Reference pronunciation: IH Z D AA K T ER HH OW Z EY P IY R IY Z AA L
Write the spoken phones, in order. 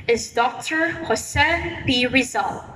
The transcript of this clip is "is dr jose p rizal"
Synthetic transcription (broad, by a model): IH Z D AA K T ER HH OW S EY B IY R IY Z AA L